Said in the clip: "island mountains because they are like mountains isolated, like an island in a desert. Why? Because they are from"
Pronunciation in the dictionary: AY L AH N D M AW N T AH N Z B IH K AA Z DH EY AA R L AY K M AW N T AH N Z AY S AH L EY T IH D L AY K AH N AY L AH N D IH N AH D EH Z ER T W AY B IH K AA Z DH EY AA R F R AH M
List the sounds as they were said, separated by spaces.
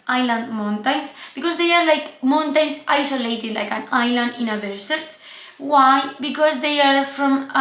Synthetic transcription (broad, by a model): AY L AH N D M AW N T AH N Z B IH K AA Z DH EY AA R L AY K M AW N T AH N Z AY S AH L EY T IH D L AY K AH N AY L AH N D IH N AH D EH S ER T W AY B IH K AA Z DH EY AA R F R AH M